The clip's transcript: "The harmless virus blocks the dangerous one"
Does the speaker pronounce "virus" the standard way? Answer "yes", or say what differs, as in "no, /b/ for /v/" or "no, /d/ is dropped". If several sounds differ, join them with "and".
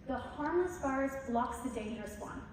no, /f/ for /v/